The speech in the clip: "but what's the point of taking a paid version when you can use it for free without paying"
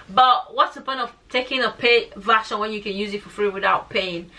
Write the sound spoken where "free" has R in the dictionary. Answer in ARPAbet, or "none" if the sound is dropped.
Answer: R